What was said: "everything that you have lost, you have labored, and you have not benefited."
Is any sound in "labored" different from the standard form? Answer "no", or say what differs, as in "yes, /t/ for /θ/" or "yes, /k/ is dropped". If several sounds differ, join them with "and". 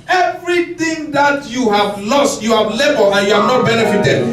yes, /d/ is dropped